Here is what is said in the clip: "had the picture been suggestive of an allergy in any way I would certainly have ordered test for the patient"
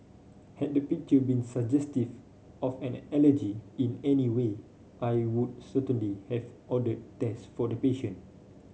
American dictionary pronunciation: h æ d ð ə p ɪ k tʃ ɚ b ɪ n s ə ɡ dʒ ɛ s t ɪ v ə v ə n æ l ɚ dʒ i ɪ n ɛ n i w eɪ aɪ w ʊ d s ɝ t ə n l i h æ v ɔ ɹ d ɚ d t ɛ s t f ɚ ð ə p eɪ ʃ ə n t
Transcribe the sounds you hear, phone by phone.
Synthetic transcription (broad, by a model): h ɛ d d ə p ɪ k tʃ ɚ b ɪ n s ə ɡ dʒ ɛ s t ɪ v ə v ə n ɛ l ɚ dʒ i ɪ n ɛ n i w eɪ aɪ w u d s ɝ t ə n l i h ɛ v ɔ d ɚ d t ɛ s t f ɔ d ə p eɪ ʃ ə n